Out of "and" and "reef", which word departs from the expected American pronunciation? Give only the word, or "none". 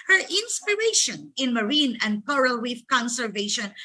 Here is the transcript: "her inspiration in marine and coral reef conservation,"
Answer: reef